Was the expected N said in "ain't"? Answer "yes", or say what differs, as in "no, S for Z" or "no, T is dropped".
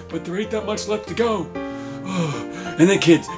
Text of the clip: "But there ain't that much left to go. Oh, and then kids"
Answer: no, N is dropped